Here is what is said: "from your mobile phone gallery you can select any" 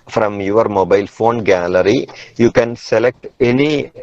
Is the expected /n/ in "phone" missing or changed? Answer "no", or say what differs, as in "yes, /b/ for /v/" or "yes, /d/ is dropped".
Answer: no